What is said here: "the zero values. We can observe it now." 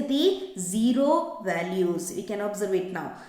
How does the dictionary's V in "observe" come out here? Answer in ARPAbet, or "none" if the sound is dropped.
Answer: V